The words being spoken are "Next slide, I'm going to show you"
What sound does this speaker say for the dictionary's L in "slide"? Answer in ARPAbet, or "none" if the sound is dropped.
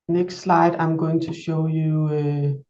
L